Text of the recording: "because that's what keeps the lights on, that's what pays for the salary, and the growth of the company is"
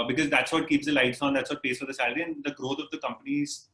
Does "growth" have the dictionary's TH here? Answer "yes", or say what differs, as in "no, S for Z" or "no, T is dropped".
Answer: no, T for TH